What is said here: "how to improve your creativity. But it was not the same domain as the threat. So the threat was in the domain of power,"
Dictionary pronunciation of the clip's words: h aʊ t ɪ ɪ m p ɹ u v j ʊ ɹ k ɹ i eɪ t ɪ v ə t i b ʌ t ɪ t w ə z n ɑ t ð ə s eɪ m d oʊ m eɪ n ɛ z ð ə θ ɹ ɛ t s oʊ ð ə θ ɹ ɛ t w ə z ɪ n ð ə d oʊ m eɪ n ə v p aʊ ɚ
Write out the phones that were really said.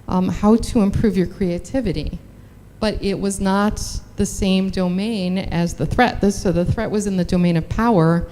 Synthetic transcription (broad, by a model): h aʊ t ɪ ɪ m p ɹ u v j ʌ ɹ k ɹ i eɪ t ɪ v ə t i b ʌ t ɪ t w ə z n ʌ t ð ə s eɪ m d oʊ m eɪ n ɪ z ð ə θ ɹ ɛ t s oʊ ð ə θ ɹ ɛ t w ə z ɪ n ð ə d oʊ m eɪ n ə v p aʊ ɚ